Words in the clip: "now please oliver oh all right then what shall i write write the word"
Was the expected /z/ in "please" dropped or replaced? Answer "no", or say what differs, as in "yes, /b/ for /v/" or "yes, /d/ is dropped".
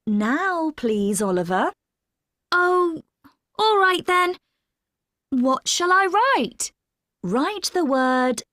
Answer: no